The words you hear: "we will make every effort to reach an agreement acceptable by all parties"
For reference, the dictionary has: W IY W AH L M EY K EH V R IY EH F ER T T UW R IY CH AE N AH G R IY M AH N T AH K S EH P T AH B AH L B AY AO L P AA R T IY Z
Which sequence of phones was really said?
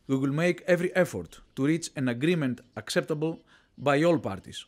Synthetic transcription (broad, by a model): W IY W AH L M EY K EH V R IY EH F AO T T UW R IY CH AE N AH G R IY M AH N T AH K S EH P T AH B AH L B AY AO L P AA R T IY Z